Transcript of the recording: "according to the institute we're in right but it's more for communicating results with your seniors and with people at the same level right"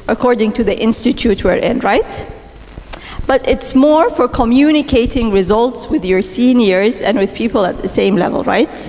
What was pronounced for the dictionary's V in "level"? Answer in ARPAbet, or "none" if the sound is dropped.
V